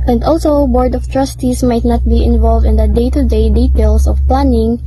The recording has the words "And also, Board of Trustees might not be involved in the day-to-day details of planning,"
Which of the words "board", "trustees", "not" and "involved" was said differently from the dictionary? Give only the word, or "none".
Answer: trustees